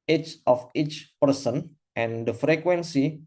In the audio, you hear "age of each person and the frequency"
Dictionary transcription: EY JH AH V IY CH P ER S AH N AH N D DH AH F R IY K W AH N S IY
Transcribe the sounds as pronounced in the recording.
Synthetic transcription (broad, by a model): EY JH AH F IY CH P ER S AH N AH N D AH F R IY K W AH N S IY